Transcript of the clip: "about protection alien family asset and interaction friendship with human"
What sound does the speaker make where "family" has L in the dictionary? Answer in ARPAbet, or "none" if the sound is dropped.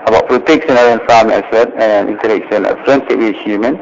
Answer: none